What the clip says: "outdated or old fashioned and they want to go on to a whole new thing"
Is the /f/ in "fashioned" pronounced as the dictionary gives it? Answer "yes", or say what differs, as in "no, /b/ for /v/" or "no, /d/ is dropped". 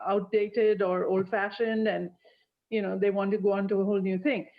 yes